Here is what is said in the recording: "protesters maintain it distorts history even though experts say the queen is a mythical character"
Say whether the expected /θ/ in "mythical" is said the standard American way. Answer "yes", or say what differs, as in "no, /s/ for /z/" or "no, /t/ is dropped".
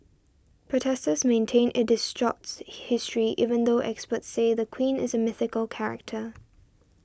yes